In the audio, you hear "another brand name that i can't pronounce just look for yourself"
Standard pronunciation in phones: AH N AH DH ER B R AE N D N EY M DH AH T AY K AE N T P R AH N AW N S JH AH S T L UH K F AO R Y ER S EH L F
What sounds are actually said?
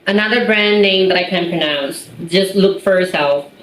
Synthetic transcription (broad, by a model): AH N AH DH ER B R AE N D N EY M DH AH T AY K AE N P R AH N AW N S JH AH S T L UH K F AO R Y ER S EH L F